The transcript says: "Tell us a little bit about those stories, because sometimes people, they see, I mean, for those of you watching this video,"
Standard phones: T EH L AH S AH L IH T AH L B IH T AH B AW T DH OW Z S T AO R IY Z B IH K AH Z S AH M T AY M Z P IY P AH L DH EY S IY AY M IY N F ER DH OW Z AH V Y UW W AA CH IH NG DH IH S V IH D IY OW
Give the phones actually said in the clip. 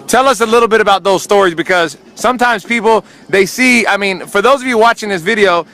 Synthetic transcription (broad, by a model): T EH L AH S AH L IH T L B IH T AH B AW T DH OW Z S T AO R IY Z B IH K AH Z S AH M T AY M Z P IY P L DH EY S IY AY M IY N F ER DH OW Z AH V Y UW W AA CH IH NG DH IH S V IH D IY OW